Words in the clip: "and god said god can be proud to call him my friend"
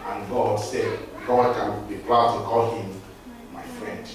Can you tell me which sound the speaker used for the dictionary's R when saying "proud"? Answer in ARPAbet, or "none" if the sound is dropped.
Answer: L